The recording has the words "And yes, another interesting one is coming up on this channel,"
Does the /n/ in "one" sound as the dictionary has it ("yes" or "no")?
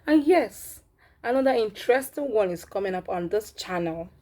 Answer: yes